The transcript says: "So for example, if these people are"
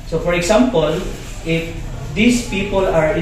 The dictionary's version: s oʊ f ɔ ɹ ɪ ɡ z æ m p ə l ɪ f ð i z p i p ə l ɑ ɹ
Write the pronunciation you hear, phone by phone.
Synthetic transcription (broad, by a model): s oʊ f ɔ ɹ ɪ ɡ s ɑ m p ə l ɪ f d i s p i p ə l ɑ ɹ